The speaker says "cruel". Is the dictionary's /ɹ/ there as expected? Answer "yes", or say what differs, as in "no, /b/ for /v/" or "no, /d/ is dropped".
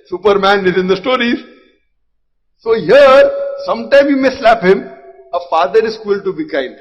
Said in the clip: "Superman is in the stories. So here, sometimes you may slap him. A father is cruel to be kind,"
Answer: no, /ɹ/ is dropped